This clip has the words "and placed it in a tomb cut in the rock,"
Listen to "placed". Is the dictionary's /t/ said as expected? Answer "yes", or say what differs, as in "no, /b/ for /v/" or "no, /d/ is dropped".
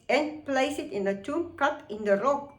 no, /t/ is dropped